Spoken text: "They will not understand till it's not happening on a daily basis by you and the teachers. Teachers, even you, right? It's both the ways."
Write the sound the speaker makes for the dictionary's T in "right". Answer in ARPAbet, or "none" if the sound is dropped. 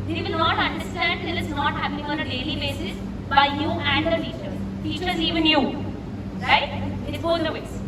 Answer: none